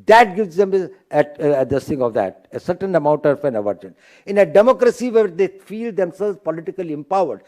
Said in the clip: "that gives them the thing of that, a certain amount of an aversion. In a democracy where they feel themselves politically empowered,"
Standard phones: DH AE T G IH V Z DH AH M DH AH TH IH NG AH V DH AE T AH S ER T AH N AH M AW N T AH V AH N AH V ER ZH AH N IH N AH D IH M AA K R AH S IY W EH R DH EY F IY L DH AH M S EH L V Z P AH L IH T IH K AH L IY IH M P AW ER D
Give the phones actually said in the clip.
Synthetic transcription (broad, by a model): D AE T G IH V Z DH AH M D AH S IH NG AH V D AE T AH S ER T AH N AH M AW N T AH F AH N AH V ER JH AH N IH N AH D IH M AA K R AH S IY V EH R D EY F IY L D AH M S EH L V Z P AH L IH T IH K AH L IY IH M P AW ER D